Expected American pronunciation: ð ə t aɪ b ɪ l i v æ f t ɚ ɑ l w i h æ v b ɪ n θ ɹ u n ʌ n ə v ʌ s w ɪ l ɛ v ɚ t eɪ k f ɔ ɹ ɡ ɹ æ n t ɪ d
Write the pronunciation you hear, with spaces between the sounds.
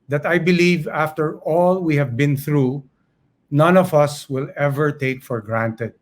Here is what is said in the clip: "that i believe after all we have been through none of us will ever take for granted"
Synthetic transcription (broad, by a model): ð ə t aɪ b ɪ l i v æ f t ɚ ɑ l w i h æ v b ɪ n θ ɹ u n ʌ n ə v ʌ s w ɪ l ɛ v ɚ t eɪ k f ɔ ɹ ɡ ɹ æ n t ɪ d